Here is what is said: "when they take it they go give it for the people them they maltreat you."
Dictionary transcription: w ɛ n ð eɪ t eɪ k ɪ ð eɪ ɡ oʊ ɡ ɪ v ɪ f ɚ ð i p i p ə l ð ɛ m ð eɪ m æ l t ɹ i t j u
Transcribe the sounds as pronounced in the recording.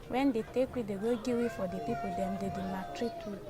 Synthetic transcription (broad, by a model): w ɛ n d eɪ t eɪ k ɪ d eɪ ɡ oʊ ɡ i w ɪ f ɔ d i p i p ə l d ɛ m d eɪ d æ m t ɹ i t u